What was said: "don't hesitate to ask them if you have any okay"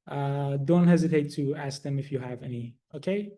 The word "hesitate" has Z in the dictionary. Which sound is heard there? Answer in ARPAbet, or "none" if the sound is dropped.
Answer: Z